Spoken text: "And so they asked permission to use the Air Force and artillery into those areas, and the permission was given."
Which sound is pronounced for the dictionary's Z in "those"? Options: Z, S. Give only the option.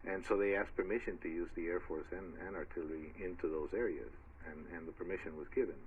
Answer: Z